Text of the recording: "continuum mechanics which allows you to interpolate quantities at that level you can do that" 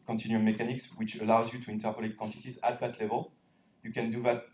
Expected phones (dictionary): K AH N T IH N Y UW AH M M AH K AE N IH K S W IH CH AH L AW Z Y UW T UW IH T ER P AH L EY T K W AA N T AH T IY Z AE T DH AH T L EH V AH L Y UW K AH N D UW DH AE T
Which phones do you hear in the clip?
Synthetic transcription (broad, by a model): K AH N T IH N Y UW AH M M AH K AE N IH K S W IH CH AH L AW Z Y UW T UW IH T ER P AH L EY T K W AA N T AH T IY Z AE T DH AH T L EH V AH L Y UW K AH N D UW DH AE T